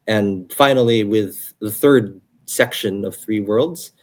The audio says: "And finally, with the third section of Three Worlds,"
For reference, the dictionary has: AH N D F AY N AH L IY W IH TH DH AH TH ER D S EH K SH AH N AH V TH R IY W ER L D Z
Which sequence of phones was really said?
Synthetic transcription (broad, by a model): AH N F AY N L IY W IH DH AH TH ER D S EH K SH AH N AH V TH R IY W ER L D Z